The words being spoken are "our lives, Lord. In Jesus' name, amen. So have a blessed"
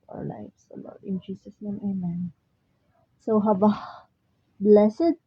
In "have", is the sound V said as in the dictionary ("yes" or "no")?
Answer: no